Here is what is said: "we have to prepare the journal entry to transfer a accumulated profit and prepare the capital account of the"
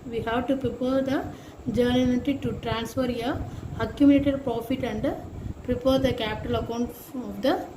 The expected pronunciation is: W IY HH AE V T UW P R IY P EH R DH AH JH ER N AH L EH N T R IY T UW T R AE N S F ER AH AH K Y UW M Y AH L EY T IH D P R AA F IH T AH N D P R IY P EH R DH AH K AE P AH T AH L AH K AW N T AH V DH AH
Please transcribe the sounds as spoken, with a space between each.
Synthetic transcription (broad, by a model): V IY HH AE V T UW P R IY P EH R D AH JH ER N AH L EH T IY T UW T R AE N S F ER AH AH K Y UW M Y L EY T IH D P R AA F IH T AH N D P R IY P EH R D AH K AE P AH T AH L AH K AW N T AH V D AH